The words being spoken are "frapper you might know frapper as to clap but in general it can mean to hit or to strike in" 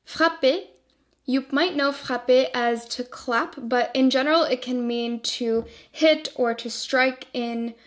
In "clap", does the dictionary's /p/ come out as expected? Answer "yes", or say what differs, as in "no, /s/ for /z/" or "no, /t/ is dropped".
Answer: yes